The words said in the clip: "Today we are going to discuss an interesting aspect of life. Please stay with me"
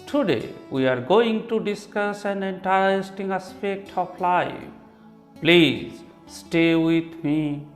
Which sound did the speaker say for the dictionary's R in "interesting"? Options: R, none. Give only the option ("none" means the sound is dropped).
none